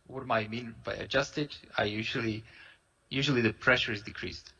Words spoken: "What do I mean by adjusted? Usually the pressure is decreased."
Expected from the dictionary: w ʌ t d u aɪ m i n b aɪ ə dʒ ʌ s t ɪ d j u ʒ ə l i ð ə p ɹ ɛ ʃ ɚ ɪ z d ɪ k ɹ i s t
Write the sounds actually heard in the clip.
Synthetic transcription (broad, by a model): w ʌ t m aɪ m i n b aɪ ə dʒ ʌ s t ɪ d j u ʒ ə l i ð ə p ɹ ɛ ʃ ɚ ɪ z d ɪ k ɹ i s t